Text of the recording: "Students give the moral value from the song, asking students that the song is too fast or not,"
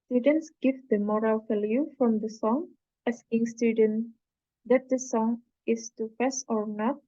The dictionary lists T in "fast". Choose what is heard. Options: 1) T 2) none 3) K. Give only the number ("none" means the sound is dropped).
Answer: 2